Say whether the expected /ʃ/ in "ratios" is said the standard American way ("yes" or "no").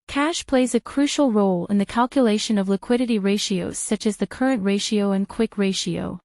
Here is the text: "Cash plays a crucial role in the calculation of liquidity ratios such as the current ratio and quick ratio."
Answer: yes